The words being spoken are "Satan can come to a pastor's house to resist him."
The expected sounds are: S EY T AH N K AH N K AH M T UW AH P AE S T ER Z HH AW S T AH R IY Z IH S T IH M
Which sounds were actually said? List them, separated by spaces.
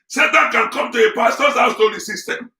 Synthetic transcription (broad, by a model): S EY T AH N K AH N K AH M T UW AH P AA S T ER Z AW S T AH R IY S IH S T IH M